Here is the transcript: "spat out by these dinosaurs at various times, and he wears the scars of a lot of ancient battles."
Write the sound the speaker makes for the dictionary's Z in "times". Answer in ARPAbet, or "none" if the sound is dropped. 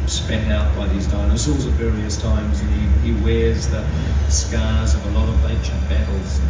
Z